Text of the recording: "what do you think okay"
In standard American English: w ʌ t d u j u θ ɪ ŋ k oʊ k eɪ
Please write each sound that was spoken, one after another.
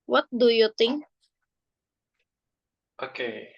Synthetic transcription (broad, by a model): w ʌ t d u j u t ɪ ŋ oʊ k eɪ